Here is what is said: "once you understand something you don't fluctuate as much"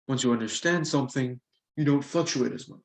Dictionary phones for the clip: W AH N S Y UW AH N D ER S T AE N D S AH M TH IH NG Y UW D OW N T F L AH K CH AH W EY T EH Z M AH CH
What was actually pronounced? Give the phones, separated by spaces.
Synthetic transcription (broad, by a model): W AH N S Y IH AH N D ER S T AE N D S AH M TH IH NG Y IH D OW N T F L AH K CH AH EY T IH Z M AH CH